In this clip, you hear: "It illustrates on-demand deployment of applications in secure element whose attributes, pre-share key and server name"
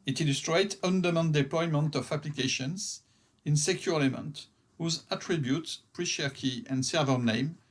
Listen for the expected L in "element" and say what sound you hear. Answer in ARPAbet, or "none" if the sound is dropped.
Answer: none